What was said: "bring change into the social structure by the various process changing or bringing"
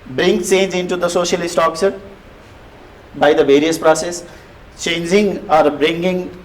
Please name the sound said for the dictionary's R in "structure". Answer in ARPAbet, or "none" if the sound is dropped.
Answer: none